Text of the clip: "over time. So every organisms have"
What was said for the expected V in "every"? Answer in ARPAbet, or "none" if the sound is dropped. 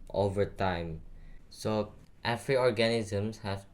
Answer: F